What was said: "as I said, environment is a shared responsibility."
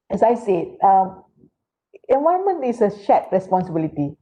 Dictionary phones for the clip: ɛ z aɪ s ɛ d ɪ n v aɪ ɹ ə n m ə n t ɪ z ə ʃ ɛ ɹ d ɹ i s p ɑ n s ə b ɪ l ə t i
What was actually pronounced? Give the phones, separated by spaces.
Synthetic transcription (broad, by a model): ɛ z aɪ s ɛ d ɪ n v aɪ ə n m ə n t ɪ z ə ʃ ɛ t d ɹ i s p ɑ n s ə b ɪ l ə t i